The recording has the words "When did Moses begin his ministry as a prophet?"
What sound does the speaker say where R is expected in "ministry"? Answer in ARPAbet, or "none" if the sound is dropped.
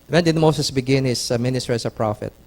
none